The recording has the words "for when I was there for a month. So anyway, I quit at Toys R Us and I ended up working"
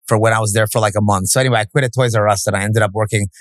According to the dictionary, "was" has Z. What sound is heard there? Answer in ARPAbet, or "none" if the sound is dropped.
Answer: Z